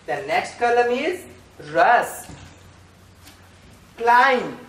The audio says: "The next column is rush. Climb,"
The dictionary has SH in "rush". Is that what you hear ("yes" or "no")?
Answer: no